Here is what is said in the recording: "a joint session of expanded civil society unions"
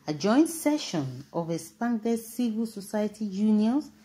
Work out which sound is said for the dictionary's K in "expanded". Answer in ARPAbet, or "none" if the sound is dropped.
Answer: none